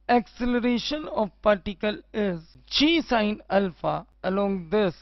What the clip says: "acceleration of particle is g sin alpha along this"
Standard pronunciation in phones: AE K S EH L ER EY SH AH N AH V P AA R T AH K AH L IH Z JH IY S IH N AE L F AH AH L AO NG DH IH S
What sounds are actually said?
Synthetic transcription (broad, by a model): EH K S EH L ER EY SH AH N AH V P AA R T AH K AH L IH Z CH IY S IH N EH L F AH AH L AO NG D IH S